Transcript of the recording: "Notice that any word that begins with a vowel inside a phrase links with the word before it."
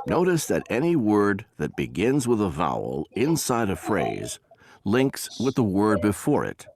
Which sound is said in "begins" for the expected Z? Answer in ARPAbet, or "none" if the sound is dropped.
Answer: Z